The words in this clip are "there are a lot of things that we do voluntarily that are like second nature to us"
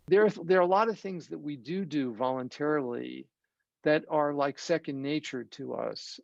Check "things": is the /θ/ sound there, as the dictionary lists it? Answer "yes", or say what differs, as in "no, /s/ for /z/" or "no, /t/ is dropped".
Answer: yes